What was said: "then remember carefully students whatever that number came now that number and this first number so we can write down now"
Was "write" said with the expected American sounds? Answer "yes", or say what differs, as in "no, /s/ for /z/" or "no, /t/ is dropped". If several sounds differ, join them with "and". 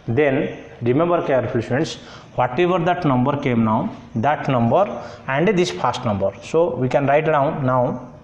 yes